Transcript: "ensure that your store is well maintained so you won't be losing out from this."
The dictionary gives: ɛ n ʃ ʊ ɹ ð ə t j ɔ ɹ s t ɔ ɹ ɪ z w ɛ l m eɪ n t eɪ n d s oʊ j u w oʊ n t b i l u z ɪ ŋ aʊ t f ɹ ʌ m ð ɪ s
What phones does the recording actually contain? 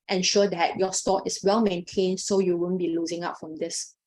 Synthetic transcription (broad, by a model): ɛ n ʃ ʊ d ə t j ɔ s t ɔ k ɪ s w ɛ l m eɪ n t eɪ n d s oʊ j u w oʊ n b i l u z ɪ ŋ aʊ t f ɹ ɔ m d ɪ s